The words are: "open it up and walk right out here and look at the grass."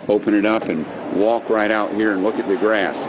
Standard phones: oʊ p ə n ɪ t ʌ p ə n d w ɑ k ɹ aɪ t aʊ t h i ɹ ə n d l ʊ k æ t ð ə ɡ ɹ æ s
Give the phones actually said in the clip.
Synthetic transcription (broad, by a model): oʊ p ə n ɪ t ʌ p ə n w ɑ k ɹ aɪ t aʊ t h i ɹ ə n l ʊ k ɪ t ð ə ɡ ɹ æ s